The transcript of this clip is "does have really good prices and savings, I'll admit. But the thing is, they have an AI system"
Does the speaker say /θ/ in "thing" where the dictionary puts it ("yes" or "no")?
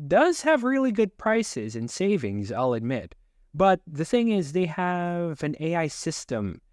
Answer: yes